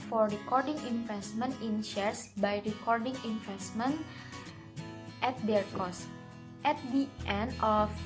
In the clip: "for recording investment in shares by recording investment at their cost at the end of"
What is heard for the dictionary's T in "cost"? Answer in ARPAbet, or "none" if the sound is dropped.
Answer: T